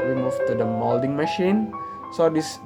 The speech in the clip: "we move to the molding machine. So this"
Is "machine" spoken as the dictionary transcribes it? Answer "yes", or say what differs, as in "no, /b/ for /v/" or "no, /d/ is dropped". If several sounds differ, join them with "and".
yes